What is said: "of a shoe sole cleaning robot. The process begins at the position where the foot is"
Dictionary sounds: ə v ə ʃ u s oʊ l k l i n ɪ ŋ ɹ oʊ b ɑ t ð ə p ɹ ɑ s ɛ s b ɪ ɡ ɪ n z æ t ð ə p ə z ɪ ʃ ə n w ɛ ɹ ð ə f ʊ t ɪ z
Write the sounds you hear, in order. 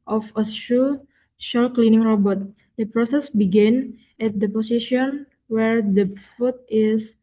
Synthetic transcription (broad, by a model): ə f ə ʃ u ʃ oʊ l k l i n ɪ ŋ ɹ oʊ b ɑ t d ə p ɹ ɑ s ɛ s b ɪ ɡ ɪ n ɛ t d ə p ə s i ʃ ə n w ɛ ɹ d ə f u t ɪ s